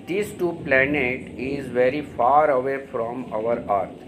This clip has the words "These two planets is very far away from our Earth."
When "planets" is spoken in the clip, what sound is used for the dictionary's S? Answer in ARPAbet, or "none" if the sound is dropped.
none